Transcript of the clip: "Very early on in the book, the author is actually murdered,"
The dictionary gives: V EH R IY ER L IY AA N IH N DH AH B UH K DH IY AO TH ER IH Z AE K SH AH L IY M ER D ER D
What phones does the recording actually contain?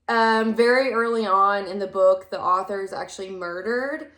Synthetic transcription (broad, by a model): V EH R IY ER L IY AA N IH N DH AH B UH K DH IY AO TH ER Z AE K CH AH L IY M ER D ER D